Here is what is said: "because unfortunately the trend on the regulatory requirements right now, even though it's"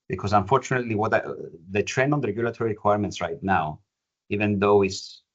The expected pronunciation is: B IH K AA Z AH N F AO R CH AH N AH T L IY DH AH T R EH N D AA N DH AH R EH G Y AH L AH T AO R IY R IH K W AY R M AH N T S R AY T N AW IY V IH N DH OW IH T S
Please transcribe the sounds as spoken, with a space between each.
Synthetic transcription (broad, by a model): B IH K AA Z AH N F AO R CH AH N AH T L IY DH AH T R EH N D AA N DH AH R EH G Y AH L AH T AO R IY R IH K W AY R M AH N T S R AY T N AW IY V IH N DH OW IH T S